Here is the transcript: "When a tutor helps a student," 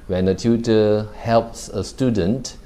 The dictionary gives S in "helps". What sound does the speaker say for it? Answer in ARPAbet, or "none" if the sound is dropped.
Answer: S